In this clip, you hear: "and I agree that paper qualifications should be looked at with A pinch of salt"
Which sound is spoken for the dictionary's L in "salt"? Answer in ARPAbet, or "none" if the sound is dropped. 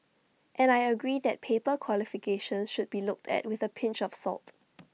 L